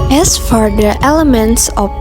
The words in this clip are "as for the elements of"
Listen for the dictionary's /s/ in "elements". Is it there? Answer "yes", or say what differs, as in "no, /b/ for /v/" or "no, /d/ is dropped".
yes